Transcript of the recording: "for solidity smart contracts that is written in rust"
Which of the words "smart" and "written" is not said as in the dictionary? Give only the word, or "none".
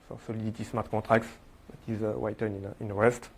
written